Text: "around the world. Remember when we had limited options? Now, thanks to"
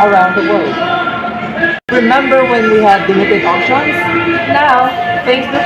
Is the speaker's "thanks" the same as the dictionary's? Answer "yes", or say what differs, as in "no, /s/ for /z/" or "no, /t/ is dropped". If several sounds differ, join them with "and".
no, /f/ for /θ/